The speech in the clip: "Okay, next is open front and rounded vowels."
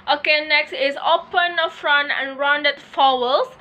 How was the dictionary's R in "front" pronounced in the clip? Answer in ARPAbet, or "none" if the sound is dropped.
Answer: R